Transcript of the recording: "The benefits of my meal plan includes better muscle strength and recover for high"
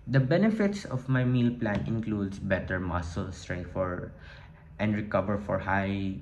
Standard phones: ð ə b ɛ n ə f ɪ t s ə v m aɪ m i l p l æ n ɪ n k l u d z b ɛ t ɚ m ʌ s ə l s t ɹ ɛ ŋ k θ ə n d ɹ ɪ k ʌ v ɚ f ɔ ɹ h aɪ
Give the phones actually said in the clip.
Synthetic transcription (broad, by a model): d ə b ɛ n ə f ɪ t s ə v m aɪ m i l p l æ n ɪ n k l u d s b ɛ t ɚ m ʌ s ə l s t ɹ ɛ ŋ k f ə n d ɹ ɪ k ʌ v ɚ f ɔ ɹ h aɪ